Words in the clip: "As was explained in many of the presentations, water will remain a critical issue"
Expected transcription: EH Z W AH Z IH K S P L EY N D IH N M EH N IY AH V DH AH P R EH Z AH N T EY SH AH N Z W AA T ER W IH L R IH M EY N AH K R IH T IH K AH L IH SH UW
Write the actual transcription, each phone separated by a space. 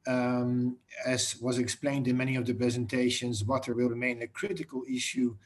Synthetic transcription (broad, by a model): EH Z W AH Z IH K S P L EY N D IH N M EH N IY AH V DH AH P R EH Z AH N T EY SH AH N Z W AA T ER W IH L R IH M EY N AH K R IH T IH K AH L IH SH UW